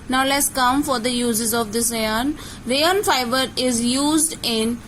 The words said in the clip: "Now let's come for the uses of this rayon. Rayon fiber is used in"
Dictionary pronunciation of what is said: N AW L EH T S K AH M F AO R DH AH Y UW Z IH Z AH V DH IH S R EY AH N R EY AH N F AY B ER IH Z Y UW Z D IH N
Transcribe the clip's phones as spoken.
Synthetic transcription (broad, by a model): N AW L EH T S K AH M F AO R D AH Y UW Z IH Z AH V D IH S R EY AH N R EY AH N F AY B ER IH Z Y UW Z D IH N